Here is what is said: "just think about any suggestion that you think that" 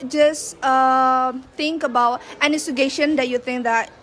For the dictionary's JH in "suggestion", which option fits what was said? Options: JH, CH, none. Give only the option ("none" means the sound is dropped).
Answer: none